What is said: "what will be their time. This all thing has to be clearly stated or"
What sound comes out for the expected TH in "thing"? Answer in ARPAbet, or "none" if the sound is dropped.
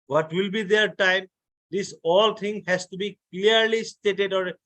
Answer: T